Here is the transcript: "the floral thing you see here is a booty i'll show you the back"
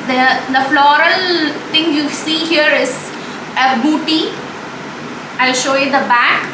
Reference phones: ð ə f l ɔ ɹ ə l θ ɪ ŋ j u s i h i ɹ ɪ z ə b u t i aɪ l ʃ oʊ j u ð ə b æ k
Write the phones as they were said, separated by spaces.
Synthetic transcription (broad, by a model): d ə f l ɔ ɹ ə l t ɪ ŋ j u s i h i ɹ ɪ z ə b u t i aɪ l ʃ oʊ j u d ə b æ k